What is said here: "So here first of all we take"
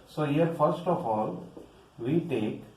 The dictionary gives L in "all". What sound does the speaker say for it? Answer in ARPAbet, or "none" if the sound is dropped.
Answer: L